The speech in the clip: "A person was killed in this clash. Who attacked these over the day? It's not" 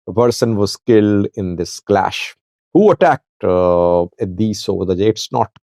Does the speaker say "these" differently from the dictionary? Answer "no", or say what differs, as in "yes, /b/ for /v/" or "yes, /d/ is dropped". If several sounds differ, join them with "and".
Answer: yes, /s/ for /z/